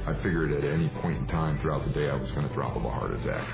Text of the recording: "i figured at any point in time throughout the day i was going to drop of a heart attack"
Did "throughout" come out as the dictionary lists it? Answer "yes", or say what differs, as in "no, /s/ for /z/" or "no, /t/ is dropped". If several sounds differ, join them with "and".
yes